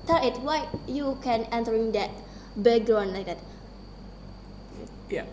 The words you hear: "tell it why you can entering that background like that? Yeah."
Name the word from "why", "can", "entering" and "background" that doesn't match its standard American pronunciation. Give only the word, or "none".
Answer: background